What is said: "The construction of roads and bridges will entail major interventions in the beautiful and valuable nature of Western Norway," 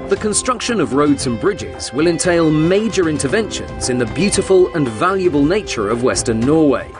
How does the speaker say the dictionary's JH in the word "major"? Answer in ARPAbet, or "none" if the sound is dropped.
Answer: JH